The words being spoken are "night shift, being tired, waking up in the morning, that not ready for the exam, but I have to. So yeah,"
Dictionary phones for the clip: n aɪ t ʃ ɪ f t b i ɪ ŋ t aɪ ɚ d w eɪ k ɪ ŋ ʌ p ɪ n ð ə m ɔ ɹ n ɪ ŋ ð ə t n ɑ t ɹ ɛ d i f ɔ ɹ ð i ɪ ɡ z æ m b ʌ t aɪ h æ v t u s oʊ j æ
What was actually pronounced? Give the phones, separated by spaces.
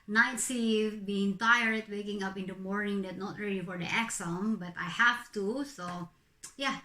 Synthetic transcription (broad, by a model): n aɪ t s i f b i ɪ ŋ t aɪ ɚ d w eɪ k ɪ ŋ ʌ p ɪ n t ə m ɔ ɹ n ɪ ŋ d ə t n ɑ t ɹ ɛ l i f ɔ ɹ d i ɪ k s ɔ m b ʌ t aɪ h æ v t u s oʊ j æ